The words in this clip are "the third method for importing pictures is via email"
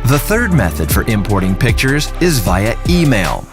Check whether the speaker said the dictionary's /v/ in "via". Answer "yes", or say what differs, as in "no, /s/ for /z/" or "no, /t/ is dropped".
yes